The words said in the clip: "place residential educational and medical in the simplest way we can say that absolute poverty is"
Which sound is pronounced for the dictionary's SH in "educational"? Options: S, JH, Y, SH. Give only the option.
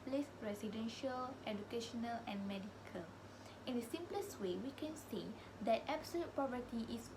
SH